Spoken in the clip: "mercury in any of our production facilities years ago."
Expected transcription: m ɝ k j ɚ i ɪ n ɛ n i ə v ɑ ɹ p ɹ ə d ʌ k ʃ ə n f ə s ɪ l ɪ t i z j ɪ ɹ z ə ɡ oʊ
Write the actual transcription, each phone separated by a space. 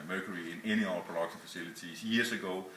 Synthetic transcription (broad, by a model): m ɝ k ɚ i ɪ n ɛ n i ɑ l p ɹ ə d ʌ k s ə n f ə s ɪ l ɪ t i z j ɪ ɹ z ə ɡ oʊ